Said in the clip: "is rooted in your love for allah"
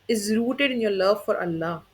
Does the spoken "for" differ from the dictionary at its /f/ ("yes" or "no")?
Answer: no